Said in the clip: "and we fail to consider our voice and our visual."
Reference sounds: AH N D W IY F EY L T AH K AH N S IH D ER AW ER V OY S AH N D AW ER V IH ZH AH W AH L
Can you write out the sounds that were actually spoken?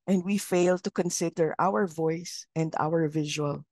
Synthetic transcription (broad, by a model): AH N D W IY F EY L T AH K AH N S IH D ER AW ER V OY S AH N D AW ER V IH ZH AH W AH L